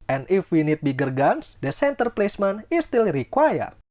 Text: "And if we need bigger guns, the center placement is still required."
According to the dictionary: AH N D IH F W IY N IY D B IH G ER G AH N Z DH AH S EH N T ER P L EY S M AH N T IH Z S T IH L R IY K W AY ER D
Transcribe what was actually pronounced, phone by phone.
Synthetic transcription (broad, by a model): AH N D IH F W IY N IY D B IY G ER G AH N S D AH S EH N T ER P L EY S M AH N IH S T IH L R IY K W AY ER